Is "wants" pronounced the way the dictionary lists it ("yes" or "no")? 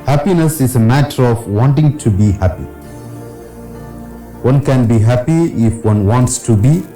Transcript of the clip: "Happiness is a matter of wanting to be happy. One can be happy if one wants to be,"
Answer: yes